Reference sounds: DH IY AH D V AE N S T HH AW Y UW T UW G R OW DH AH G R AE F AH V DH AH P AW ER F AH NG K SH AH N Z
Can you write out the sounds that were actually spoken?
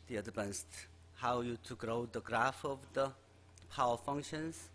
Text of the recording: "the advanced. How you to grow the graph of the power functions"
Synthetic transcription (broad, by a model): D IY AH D P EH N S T HH AW Y UW T UW G R OW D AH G R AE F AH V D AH P AW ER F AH NG K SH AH N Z